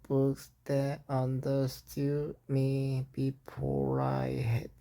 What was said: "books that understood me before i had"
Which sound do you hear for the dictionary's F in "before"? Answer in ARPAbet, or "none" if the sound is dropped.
P